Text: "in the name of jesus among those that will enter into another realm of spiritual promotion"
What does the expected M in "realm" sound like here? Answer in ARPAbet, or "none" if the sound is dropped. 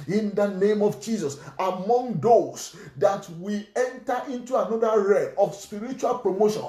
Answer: none